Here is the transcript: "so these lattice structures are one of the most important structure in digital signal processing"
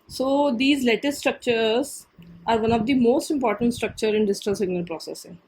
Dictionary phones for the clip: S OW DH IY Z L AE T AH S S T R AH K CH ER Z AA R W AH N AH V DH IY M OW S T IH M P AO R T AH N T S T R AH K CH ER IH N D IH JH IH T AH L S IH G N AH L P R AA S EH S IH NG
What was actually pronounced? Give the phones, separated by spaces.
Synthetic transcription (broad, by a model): S OW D IY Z L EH T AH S S T R AH K CH ER Z AA R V AH N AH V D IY M OW S T IH M P AO R T AH N T S T R AH K CH ER IH N D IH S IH T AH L S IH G N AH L P R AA S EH S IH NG